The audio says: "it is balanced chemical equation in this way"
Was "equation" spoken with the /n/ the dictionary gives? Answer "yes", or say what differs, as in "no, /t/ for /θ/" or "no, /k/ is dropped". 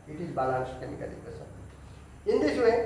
no, /n/ is dropped